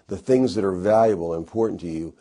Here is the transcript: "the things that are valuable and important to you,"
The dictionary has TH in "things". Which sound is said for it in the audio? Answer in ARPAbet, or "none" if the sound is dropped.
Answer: TH